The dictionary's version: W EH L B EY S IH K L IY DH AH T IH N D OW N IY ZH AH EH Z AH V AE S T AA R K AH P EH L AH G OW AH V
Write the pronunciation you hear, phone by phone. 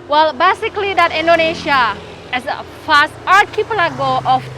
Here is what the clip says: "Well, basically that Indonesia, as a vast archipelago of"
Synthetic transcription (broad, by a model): W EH L B EY S IH K L IY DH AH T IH N D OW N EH SH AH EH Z AH F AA S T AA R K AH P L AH G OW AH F